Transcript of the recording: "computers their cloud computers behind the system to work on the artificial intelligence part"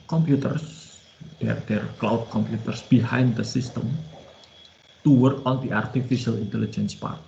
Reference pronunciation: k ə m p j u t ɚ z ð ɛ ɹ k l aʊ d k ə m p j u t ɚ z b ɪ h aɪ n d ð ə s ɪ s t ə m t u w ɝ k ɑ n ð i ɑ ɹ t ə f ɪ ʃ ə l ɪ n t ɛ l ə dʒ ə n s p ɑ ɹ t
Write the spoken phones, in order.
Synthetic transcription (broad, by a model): k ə m p j u t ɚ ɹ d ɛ ɹ k l aʊ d k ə m p j u t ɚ s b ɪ h aɪ n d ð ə s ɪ s t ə m t u w ɝ k ɑ n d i ɑ ɹ t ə f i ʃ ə l ɪ n t ɛ l ə dʒ ə n s p ɑ ɹ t